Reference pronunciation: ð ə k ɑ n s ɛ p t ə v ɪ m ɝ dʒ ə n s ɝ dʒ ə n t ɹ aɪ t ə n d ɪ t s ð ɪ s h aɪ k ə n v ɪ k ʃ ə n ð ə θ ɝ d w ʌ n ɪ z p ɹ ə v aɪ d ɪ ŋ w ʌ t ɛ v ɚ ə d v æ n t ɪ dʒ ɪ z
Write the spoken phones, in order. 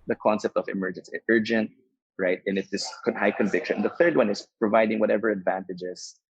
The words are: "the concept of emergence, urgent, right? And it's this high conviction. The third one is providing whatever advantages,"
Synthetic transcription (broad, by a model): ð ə k ɑ n s ɛ p t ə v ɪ m ɝ dʒ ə n s ɝ dʒ ə n t ɹ aɪ t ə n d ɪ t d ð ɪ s h aɪ k ə n v ɪ k ʃ ə n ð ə θ ɝ d w ʌ n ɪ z p ɹ ə v aɪ d ɪ ŋ w ʌ t ɛ v ɚ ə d v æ n t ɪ dʒ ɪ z